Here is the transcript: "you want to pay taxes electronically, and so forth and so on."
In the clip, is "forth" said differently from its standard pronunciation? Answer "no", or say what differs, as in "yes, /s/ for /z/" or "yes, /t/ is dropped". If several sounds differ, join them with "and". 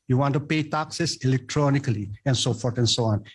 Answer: yes, /t/ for /θ/